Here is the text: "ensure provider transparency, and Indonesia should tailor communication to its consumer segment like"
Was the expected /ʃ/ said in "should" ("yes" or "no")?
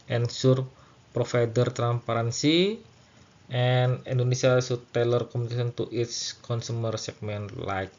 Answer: no